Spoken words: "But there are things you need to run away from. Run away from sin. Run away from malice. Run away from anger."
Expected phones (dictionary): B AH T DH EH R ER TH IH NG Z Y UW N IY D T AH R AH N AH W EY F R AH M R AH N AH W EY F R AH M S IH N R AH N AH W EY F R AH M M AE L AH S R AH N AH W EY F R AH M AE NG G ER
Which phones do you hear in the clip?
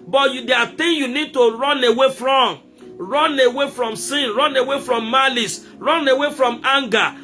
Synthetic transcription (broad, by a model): B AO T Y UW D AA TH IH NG Y UW N IY D T AH R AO N AH W EY F R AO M R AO N AH W EY F R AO M S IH N R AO N AH W EY F R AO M M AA L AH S R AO N AH W EY F R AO M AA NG G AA